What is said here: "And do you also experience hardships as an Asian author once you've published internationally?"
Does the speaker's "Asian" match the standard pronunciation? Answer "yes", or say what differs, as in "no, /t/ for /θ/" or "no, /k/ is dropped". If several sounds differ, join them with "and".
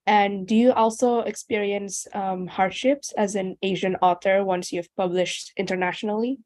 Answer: yes